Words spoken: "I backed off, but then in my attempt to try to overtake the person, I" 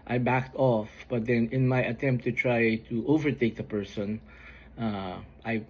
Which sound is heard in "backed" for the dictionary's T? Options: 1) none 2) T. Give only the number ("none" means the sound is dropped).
2